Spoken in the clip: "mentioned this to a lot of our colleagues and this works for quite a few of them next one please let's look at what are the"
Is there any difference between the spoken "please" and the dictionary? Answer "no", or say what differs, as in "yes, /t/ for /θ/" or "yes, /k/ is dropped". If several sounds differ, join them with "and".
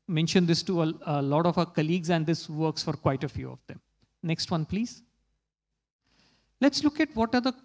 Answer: no